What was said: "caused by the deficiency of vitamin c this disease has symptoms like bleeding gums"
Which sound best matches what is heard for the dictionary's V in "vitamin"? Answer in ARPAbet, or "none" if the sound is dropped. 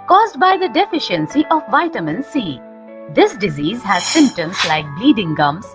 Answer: V